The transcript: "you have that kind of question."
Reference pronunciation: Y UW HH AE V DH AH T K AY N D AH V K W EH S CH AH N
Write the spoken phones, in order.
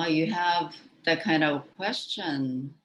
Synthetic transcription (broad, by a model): Y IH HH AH V DH AH T K AY N D AH V K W EH S CH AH N